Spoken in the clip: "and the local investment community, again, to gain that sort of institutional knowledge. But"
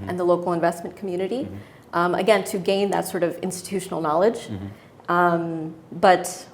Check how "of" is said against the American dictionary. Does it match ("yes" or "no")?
yes